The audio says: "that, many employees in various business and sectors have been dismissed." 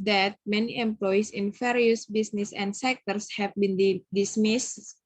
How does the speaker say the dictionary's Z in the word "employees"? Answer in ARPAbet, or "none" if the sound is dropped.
S